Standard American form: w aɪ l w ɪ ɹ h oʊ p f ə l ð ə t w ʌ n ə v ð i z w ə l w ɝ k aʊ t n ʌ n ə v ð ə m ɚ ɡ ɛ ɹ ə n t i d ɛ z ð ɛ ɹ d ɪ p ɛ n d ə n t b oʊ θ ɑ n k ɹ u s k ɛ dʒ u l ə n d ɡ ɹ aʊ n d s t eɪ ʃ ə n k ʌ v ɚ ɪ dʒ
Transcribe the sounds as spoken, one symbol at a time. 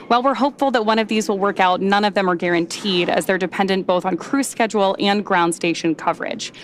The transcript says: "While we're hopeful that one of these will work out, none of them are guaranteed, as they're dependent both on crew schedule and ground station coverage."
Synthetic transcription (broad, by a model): w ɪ l w ɪ ɹ h oʊ p f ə l ð ə t w ʌ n ə v ð i z w ə l w ɝ k aʊ t n ʌ n ə v ð ə m ɚ ɡ ɛ ɹ ə n t i d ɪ z ð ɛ ɹ d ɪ p ɛ n d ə n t b oʊ θ n k ɹ u s k ɛ dʒ u l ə n ɡ ɹ aʊ n d s t eɪ ʃ ə n k ʌ v ɚ ɪ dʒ